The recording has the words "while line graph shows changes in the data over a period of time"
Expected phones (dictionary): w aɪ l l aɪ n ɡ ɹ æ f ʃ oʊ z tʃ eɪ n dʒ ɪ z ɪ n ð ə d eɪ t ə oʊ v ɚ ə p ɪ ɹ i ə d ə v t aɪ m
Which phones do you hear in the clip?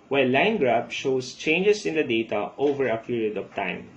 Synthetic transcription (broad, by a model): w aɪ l l aɪ n ɡ ɹ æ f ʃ oʊ s tʃ eɪ n dʒ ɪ s ɪ n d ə d eɪ t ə oʊ v ɚ ə p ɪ ɹ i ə d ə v t aɪ m